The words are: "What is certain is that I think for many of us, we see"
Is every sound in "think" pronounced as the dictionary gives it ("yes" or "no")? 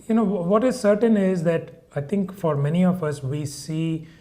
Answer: no